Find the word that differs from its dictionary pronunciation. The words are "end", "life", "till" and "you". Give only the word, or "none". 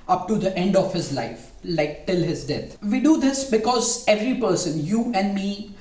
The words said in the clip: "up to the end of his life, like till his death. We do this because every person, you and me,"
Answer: none